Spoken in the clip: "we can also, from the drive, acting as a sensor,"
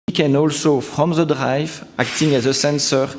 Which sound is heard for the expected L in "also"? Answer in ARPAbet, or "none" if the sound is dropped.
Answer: L